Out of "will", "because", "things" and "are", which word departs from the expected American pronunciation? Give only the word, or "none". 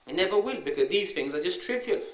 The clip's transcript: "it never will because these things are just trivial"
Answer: none